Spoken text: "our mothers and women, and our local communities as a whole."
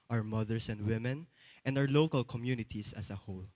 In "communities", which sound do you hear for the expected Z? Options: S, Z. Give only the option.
S